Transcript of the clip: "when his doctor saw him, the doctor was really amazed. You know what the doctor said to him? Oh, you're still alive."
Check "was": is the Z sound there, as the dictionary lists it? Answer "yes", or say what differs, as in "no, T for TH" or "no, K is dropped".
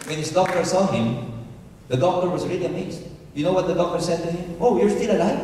yes